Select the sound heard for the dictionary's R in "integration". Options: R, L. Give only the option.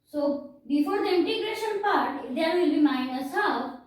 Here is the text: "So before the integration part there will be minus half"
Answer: R